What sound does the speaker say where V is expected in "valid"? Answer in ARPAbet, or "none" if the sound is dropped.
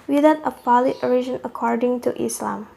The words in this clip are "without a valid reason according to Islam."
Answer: P